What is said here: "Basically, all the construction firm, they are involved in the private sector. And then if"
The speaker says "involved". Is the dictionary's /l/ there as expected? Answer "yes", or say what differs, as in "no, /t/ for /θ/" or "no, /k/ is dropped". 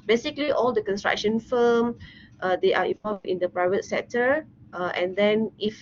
no, /l/ is dropped